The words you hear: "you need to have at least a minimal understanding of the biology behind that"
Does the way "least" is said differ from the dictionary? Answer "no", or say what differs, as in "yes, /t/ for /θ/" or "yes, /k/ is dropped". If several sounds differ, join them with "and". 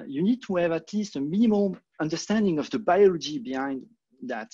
no